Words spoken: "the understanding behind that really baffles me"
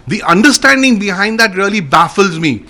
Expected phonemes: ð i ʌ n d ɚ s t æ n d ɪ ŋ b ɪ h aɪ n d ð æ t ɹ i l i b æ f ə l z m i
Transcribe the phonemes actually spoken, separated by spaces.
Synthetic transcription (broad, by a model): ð i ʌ n d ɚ s t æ n d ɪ ŋ b ɪ h aɪ n d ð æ t ɹ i l i b æ f ə l z m i